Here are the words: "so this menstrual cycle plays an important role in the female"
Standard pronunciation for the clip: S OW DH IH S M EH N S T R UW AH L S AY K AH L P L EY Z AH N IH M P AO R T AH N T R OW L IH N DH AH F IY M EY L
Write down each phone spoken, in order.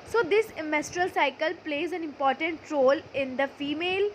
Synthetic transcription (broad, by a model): S OW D IH S M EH S T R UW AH L S AY K AH L P L EY Z AH N IH M P AO R T AH N T R OW L IH N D AH F IY M EY L